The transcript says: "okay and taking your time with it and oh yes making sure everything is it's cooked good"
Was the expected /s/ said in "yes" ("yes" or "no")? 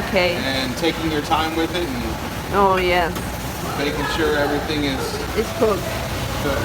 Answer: no